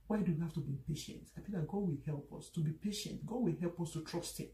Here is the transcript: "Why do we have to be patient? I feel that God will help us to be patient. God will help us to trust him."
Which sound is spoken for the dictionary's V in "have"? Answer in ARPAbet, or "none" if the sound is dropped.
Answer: F